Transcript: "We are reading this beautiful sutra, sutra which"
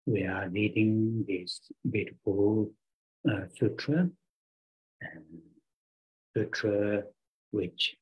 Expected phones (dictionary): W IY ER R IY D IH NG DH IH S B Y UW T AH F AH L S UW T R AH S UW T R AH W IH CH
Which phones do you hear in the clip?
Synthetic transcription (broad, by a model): W IY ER L IY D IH NG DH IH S B Y UW T AH F AH L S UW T R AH S UW T R AH W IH CH